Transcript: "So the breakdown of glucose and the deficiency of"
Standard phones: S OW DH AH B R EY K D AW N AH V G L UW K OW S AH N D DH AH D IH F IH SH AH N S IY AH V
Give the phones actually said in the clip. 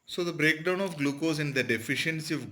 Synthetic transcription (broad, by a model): S OW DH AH B R EY K D AW N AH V G L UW K OW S AH N D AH D IH F IH SH AH N S IY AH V